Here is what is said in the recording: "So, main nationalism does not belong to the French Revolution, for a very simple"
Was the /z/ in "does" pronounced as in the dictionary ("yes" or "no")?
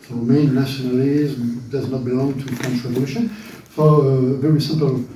yes